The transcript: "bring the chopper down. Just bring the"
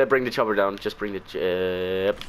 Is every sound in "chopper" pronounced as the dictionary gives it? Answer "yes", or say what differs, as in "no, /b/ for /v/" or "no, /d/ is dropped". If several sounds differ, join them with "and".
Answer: no, /b/ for /p/